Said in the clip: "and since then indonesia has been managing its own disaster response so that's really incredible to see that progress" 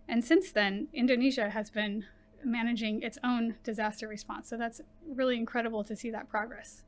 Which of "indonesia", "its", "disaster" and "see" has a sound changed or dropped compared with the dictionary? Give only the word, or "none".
none